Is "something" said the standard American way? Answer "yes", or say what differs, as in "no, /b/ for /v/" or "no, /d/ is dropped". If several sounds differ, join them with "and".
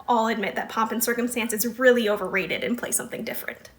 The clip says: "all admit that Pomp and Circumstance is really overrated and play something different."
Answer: yes